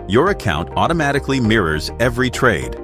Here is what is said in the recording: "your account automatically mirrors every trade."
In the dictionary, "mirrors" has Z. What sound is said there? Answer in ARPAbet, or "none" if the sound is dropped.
Z